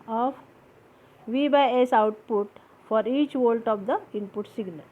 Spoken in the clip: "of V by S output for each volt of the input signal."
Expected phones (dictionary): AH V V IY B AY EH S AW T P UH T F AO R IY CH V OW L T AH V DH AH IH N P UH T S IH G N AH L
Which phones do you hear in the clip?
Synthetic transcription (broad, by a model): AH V V IY B AY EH S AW T P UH T F AO R IY CH V OW L T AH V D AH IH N P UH T S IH G N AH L